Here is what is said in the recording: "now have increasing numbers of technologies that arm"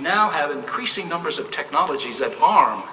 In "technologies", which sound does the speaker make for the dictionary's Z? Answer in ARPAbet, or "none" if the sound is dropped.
Z